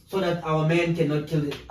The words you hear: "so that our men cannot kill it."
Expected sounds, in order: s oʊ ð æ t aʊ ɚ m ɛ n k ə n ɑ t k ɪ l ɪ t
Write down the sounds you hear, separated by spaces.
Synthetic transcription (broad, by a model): s oʊ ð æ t aʊ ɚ m ɛ n k ə n ɑ t k ɪ l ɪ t